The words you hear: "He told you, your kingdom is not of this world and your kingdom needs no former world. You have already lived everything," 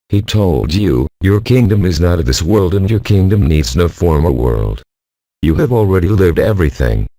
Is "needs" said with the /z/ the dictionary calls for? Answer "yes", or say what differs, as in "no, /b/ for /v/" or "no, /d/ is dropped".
yes